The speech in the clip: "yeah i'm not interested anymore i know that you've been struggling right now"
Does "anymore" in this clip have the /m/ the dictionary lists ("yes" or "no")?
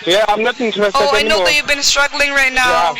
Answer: no